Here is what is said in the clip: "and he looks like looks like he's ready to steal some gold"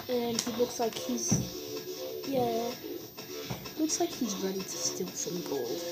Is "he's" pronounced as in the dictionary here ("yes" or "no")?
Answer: yes